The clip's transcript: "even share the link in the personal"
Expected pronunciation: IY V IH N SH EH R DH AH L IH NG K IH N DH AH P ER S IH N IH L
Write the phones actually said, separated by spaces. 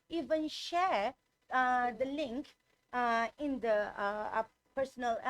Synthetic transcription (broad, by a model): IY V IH N SH EH R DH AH L IH NG K IH N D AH P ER S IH N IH L